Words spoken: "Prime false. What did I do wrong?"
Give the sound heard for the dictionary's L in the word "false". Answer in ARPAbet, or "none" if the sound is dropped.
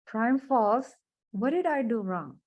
none